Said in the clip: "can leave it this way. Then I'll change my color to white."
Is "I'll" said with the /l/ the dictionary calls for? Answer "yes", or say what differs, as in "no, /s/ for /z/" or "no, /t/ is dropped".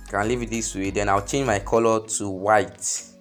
no, /w/ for /l/